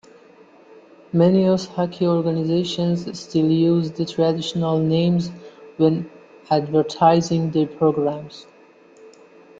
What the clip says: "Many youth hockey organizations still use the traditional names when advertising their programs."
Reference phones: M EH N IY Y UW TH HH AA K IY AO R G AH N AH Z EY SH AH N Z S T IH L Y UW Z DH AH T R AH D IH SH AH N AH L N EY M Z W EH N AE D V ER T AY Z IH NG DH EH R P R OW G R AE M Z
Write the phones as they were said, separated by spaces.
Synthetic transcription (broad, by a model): M EH N IY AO S HH AA K IY AO R G AH N AH Z EY SH AH N Z S T IH L Y UW Z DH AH T R AH D IH SH AH N AH L N EY M Z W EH N AE D V ER T AY Z IH NG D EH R P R OW G R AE M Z